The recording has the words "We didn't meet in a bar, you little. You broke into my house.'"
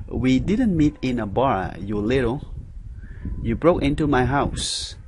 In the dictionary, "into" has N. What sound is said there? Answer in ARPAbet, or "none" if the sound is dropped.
N